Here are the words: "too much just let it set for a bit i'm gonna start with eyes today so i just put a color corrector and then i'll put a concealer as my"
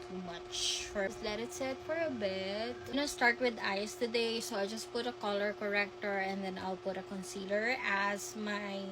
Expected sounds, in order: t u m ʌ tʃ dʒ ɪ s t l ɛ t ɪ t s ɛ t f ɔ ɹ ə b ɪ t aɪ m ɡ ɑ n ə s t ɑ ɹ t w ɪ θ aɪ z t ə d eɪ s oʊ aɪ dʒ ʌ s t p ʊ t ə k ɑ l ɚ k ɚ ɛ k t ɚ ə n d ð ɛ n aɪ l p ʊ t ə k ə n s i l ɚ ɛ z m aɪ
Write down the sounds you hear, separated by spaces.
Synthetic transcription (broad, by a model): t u m ʌ tʃ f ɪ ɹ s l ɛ t ɪ t s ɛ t f ɔ ɹ ə b ɪ t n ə s t ɑ ɹ t w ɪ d aɪ s t ə d eɪ s oʊ aɪ dʒ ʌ s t p ʊ t ə k ɑ l ɚ k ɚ ɛ k t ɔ ə n d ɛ n aɪ l p ʊ t ə k ə n s i l ɚ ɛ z m aɪ